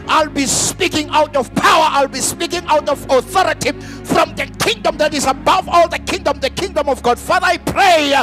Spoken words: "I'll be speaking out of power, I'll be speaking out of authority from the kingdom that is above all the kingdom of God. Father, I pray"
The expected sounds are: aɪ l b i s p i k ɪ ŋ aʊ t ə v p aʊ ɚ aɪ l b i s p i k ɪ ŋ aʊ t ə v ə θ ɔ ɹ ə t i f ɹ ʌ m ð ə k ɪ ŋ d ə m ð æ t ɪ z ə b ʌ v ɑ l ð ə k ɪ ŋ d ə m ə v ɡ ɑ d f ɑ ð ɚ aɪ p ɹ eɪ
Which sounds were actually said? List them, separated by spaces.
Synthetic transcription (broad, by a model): aɪ l b i s p i k ɪ ŋ aʊ t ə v p aʊ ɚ aɪ l b i s p i k ɪ ŋ aʊ t ə v ə θ ɔ ɹ ə t i f ɹ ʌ m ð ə k ɪ ŋ d ə m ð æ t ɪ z ə b ʌ v ɑ l ð ə k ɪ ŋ d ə m ə v ɡ ɑ d f ɑ ð ɚ aɪ p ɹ eɪ